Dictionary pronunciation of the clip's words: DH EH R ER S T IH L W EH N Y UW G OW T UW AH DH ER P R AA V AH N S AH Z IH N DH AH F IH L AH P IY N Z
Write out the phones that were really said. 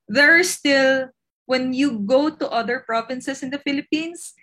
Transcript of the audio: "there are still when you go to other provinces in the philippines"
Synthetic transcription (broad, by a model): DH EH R S T IH L W EH N Y UW G OW T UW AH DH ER P R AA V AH N S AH S IH N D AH F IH L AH P IY N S